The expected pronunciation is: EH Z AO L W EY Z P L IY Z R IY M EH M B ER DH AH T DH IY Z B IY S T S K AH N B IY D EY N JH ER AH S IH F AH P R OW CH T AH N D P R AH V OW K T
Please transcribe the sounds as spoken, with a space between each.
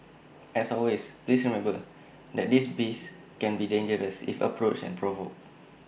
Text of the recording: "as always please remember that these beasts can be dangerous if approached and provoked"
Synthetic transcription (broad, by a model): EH S AO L W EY S P L IY S R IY M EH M B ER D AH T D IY S B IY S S K AH N B IY D EY N JH ER AH S IH F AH P R OW CH AH N P R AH V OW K